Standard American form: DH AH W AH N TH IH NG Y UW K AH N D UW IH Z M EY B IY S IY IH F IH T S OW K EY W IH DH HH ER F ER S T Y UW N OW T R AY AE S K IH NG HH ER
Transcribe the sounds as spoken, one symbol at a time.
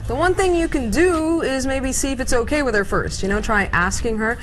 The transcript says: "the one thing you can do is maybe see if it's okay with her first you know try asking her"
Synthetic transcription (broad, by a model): DH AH W AH N TH IH NG Y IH K AH N D UW IH Z M EY B IY S IY IH F IH T S OW K EY W IH DH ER F ER S T Y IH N OW T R AY AE S K IH NG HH ER